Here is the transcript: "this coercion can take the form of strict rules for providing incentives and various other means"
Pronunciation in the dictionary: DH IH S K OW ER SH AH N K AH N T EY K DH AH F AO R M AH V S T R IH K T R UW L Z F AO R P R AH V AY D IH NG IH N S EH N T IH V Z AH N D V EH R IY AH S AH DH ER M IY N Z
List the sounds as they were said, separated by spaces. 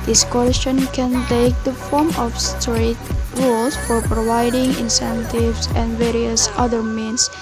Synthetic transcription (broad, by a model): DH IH S K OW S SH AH N K AH N T EY K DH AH F AO R M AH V S T R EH T R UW L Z F AO R P R AH V AY D IH NG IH N S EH N T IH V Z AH N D V EH R IY AH S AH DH ER M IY N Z